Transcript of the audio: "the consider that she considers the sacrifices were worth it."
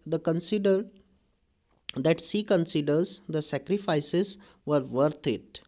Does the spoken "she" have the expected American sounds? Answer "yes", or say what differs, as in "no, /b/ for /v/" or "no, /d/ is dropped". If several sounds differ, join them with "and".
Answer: no, /s/ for /ʃ/